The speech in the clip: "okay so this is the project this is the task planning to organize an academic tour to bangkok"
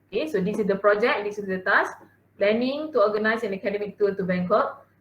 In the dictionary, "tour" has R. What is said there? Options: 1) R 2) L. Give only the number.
2